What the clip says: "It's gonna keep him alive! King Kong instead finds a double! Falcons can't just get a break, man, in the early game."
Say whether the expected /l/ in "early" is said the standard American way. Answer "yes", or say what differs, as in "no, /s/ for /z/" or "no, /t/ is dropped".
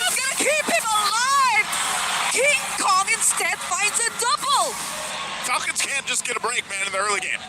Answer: yes